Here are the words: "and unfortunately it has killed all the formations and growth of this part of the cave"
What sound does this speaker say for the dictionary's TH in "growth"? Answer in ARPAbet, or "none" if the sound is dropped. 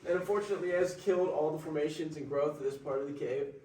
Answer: TH